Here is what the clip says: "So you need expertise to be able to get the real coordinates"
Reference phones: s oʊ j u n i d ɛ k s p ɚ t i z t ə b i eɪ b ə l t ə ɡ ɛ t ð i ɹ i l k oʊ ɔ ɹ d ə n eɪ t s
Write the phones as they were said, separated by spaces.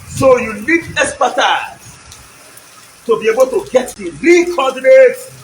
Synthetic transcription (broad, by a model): s oʊ j u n i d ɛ s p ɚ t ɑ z t ə b i eɪ b ə l t ə ɡ ɛ t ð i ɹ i k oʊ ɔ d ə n eɪ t